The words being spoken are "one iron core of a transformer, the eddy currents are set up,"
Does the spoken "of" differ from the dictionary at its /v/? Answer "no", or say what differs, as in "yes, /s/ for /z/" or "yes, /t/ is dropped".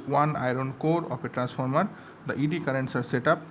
yes, /p/ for /v/